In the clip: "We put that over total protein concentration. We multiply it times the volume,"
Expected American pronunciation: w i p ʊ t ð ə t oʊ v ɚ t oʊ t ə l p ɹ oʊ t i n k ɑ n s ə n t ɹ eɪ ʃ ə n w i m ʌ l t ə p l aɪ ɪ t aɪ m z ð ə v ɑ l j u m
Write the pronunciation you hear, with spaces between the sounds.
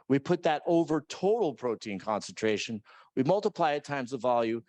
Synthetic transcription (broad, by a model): w i p ʊ t ð ə t oʊ v ɚ t oʊ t l p ɹ oʊ t i n k ɑ n s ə n t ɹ eɪ ʃ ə n w i m ʌ l t ə p l aɪ ɪ t aɪ m z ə v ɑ l j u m